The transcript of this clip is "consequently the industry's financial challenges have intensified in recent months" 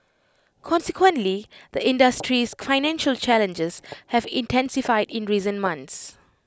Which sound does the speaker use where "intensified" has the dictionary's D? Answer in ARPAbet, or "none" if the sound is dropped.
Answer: D